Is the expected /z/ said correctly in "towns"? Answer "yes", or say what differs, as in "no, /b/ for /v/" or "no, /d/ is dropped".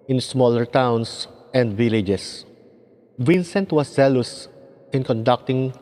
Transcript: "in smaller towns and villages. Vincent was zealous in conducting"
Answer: no, /s/ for /z/